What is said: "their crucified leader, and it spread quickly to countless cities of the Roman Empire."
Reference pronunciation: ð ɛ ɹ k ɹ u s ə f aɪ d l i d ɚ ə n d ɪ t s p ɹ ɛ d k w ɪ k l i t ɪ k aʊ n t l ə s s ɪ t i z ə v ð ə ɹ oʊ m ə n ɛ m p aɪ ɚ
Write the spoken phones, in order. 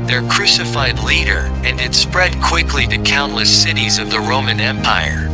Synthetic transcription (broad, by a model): ð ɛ ɹ k ɹ u s ə f aɪ d l i d ɚ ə n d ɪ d s p ɹ ɛ d k w ɪ k l i t ɪ k aʊ n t l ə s s ɪ t i z ə v ð ə ɹ oʊ m ə n ɛ m p aɪ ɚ